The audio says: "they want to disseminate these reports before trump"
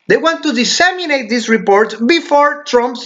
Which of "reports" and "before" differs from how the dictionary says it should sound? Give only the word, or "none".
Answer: reports